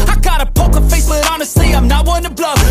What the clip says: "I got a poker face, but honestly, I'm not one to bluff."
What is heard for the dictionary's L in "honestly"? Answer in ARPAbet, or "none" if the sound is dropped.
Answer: none